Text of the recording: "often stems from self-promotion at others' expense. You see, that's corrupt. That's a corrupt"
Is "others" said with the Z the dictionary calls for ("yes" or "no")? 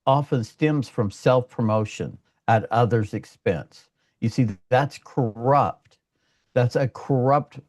yes